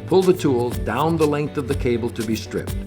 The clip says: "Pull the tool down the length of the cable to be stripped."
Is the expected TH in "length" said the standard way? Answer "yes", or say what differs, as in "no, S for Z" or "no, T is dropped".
yes